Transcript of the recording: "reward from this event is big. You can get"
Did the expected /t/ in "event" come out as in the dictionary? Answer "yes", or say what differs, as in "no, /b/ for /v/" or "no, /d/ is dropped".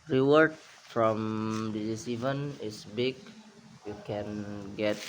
no, /t/ is dropped